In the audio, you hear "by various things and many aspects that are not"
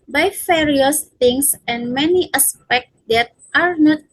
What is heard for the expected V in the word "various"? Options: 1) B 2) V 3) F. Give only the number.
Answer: 3